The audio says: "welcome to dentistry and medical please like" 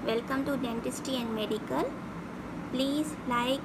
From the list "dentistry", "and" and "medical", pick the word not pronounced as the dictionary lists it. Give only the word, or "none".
dentistry